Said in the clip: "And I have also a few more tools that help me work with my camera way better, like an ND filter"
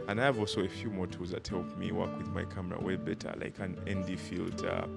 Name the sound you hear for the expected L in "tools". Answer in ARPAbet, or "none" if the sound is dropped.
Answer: none